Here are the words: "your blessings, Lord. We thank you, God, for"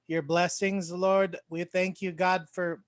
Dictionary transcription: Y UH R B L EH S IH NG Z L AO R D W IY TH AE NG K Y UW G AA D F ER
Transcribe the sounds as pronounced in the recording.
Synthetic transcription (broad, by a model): Y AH R B L EH S IH NG Z L AO R D W IY TH AE NG K Y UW G AA D F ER